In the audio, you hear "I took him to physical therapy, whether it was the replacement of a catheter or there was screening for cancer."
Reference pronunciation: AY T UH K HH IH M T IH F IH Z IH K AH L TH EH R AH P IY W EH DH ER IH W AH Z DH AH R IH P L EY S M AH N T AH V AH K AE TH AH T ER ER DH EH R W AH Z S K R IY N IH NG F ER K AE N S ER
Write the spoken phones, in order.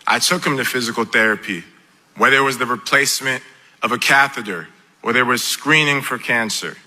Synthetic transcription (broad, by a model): AY T UH K HH IH M T IH F IH Z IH K L TH EH R AH P IY W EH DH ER W AH Z DH AH R IH P L EY S M AH N T AH V AH K AE TH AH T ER ER DH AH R W AH Z S K R IY N IH NG F ER K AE N S ER